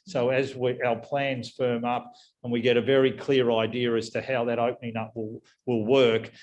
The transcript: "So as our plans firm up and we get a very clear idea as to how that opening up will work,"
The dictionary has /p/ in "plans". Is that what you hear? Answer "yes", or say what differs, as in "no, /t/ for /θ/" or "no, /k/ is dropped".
yes